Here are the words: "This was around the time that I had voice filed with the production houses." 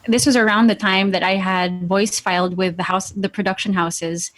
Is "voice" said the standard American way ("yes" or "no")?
yes